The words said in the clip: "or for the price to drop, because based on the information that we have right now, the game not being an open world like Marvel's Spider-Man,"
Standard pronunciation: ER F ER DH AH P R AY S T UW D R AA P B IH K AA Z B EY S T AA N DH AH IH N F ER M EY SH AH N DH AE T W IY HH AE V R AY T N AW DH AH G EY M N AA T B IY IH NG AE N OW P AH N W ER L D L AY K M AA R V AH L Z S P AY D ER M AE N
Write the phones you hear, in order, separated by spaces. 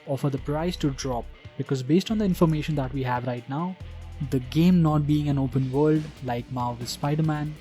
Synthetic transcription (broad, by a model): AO F ER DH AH P R AY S T UW D R AA P B IH K AA Z B EY S T AA N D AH IH N F ER M EY SH AH N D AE T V IY HH AE V R AY T N AW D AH G EY M N AA T B IY IH NG AE N OW P AH N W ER L D L AY K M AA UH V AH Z S P AY D ER M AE N